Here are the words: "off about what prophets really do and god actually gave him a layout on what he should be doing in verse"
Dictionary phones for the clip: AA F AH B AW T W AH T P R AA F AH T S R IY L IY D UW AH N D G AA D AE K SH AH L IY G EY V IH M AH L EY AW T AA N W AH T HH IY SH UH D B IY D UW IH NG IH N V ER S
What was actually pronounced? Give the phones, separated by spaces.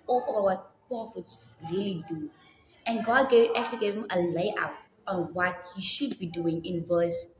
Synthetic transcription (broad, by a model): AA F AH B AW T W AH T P AA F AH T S R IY L IY D UW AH N G AA D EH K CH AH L IY G EY V IH M AH L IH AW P AA N W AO T HH IY SH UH D B IY D UW IH NG IH N V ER S